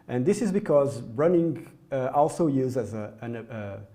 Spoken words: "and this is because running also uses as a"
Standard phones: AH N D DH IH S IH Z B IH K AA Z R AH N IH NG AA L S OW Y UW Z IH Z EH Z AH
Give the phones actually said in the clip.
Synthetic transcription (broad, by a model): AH N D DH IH S IH Z B IH K AA Z R AH N IH NG AA L S OW Y UW Z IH Z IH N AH